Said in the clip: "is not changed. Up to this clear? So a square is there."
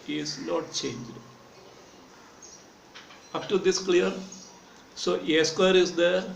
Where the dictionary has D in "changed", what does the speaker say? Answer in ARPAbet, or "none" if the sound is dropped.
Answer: D